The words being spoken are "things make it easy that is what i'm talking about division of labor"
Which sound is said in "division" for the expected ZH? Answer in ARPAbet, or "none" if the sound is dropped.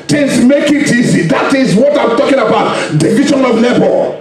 SH